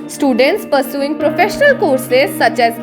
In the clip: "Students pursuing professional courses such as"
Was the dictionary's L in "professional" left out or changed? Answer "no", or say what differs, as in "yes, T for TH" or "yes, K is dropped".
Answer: no